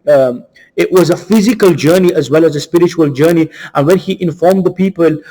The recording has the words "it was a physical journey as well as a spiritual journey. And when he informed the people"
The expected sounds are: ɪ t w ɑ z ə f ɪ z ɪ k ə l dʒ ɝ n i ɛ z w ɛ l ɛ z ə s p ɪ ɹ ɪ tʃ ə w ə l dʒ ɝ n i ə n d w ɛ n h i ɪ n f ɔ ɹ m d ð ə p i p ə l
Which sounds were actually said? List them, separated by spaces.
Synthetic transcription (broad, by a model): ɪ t w ɑ z ə f ɪ z ɪ k ə l dʒ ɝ n i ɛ z w ɛ l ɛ z ə s p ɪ ɹ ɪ tʃ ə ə l dʒ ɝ n i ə n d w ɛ n h i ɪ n f ɔ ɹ m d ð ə p i p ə l